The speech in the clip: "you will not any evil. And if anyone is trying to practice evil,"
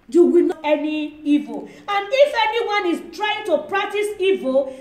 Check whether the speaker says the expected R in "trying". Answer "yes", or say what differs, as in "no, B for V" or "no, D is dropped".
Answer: yes